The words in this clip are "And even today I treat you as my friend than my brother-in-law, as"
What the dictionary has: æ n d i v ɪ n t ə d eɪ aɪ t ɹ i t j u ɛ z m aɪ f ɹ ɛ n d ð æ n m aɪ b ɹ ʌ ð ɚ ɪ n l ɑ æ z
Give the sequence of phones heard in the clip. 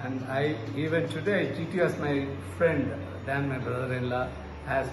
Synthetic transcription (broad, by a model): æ n d i v ɪ n t ə d eɪ aɪ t i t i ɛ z m aɪ f ɹ ɛ n d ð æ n m aɪ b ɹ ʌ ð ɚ ɪ n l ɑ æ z